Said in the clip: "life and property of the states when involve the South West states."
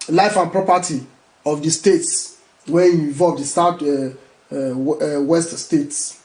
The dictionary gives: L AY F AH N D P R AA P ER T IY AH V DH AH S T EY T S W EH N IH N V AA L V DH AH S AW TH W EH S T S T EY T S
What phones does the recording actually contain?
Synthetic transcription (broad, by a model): L AY F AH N P R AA P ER T IY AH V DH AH S T EY T S W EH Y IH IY V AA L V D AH S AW T W EH S T S T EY T S